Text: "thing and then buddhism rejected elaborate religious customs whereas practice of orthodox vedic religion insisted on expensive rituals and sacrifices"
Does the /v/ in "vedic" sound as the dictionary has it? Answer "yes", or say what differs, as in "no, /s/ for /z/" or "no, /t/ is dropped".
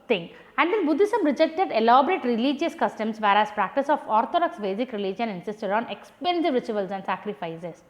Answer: no, /b/ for /v/